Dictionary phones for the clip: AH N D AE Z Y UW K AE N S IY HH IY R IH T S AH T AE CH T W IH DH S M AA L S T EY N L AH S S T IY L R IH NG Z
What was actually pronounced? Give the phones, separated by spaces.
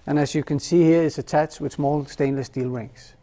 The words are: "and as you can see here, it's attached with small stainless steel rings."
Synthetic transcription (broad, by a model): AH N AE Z Y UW K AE N S IY HH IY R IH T S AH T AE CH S W IH DH S M AA L S T EY N L AH S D IY L R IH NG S